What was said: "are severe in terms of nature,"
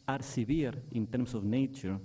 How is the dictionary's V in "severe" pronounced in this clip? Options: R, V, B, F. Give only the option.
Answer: B